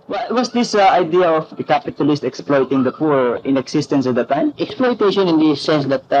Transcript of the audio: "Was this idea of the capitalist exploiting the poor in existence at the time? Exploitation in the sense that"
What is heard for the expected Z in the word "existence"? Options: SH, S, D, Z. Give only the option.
S